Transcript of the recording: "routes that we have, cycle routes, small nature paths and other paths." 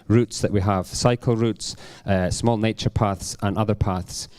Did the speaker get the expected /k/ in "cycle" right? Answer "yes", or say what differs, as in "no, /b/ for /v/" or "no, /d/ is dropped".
yes